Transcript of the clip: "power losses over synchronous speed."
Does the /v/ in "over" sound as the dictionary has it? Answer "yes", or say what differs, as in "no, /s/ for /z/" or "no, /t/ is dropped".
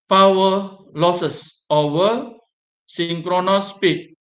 no, /v/ is dropped